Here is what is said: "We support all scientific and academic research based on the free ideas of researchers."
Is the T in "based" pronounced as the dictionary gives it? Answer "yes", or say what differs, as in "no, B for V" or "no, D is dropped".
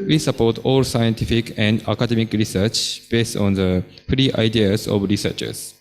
yes